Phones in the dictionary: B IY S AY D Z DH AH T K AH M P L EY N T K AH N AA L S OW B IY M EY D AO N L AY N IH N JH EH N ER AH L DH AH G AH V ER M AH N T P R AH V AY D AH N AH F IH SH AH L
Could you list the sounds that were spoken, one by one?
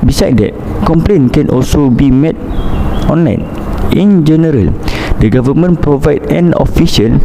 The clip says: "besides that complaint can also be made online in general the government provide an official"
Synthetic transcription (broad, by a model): B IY S AY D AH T K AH M P L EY N K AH N AA L S OW B IY M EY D AO N L AY N IH N JH EH N ER AH L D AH G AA V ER M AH N P R AH V AY D AH N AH F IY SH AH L